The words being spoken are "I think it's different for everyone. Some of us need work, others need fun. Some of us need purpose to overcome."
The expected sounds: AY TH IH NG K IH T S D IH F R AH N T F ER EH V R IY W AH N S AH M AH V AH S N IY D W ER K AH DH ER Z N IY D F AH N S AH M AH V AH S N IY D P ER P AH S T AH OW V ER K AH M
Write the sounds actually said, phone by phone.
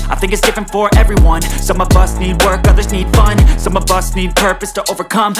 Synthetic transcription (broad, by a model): AY TH IH NG K IH T S D IH F R AH N T F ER EH V R IY W AH N S AH M AH V AH S N IY D W ER K AH DH ER Z N IY D F AH N S AH M AH V AH S N IY D P ER P AH S T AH OW V ER K AH M